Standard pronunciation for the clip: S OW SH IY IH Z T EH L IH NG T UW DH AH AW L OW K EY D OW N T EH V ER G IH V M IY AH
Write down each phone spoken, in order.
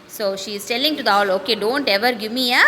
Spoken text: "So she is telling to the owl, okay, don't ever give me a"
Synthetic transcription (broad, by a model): S OW SH IY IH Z T EH L IH NG T UW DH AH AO L OW K EY D OW N T EH V ER G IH M IY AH